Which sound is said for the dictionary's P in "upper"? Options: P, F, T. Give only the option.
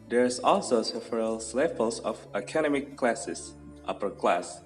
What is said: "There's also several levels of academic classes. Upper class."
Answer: P